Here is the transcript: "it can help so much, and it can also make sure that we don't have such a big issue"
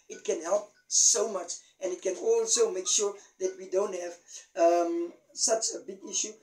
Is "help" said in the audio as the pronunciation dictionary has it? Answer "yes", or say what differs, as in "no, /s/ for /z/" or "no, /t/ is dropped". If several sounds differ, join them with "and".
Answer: yes